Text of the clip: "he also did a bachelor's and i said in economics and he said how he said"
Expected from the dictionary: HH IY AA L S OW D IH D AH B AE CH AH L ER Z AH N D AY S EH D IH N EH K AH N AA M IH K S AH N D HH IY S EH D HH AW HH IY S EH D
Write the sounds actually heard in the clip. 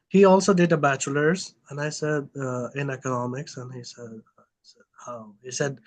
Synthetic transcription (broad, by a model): HH IY AA L S OW D IH D AH B AE CH AH L ER Z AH N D AY S EH D IH N EH K AH N AA M IH K S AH N HH IY S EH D HH AW HH IY S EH D